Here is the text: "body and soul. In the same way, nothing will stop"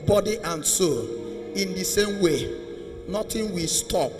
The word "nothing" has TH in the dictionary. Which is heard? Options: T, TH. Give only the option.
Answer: T